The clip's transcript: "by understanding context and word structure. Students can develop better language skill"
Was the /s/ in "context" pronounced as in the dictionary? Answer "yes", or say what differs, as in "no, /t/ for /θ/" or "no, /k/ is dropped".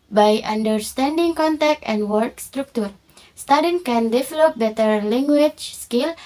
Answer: no, /s/ is dropped